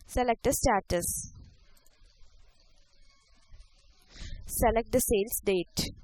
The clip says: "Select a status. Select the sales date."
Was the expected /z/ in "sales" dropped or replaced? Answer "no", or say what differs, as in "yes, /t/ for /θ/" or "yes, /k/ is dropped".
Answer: yes, /s/ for /z/